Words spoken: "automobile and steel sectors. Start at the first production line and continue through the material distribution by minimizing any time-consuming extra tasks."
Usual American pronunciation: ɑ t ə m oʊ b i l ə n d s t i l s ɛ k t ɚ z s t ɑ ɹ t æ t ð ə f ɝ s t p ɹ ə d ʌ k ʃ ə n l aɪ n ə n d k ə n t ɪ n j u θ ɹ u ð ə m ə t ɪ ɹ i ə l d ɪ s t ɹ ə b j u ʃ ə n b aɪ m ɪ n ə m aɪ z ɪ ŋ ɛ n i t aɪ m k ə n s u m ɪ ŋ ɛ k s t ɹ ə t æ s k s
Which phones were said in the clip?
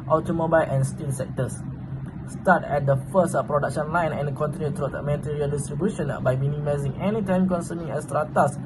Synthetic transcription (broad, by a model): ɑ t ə m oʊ b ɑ l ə n s t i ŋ s ɛ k t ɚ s s t ɑ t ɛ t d ə f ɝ s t p ɹ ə d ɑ k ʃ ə n l aɪ n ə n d k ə n t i n j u t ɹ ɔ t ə m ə t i ɹ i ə l d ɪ s t ɹ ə b j u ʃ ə n b aɪ m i n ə m aɪ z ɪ ŋ ɛ n i t aɪ m k ə n s u m ɪ ŋ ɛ s t ɹ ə t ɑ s s